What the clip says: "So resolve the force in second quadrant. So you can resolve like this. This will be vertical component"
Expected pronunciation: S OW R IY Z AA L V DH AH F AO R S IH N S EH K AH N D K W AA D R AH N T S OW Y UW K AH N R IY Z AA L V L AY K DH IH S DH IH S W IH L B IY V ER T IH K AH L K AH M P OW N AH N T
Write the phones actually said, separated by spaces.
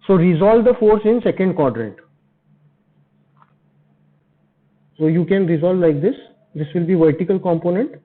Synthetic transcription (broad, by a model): S OW R IY Z AA L V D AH F AO R S IH N S EH K AH N D K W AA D R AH T S OW Y UW K AH N R IY Z AA L V L AY K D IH S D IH S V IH L B IY V ER T IH K AH L K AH M P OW N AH N T